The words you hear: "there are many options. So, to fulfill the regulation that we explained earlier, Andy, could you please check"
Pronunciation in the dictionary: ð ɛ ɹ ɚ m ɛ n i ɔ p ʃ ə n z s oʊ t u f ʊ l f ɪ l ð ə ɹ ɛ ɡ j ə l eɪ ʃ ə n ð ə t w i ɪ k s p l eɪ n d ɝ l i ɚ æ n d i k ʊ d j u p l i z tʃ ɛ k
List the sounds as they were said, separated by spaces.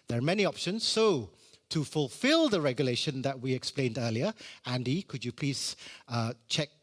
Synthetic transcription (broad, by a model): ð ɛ ɹ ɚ m ɛ n i ɔ p ʃ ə n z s oʊ t u f ʊ l f ɪ l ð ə ɹ ɛ ɡ j ə l eɪ ʃ ə n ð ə t w i ɪ k s p l eɪ n d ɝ l i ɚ æ n d i k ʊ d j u p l i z tʃ ɛ k